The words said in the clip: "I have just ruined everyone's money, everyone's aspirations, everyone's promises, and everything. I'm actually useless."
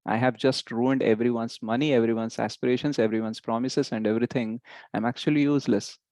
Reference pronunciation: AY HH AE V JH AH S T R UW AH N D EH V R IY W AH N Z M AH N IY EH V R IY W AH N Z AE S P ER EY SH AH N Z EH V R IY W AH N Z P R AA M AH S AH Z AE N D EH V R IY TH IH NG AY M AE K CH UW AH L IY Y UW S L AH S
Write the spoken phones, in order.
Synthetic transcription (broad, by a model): AY HH AE V JH AH S T R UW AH N D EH V R IY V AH N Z M AH N IY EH V R IY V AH N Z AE S P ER EY SH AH N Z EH V R IY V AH N S P R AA M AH S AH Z AE N D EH V R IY T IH NG AY M AE K CH UW AH L IY Y UW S L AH S